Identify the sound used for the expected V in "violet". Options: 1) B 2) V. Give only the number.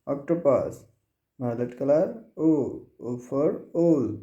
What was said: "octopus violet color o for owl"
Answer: 1